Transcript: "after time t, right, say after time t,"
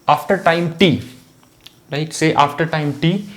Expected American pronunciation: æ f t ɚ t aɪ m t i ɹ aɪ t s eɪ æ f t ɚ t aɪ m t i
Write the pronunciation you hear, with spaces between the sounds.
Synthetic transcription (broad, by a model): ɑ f t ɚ t aɪ m t i l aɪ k s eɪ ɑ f t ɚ t aɪ m t i